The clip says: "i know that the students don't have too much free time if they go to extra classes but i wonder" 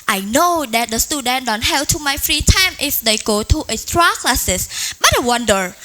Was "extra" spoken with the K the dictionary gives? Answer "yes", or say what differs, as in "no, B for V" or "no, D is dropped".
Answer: no, K is dropped